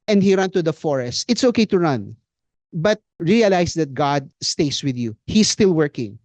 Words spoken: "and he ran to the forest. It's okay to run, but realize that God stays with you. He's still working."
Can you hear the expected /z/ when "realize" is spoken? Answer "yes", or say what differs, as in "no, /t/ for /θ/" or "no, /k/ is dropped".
no, /s/ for /z/